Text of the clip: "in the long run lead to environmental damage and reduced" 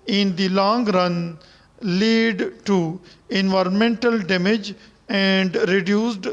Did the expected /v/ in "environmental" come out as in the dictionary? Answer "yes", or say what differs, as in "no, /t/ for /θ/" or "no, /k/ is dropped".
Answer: yes